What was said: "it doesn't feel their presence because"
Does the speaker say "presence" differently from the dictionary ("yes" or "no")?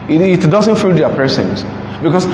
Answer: yes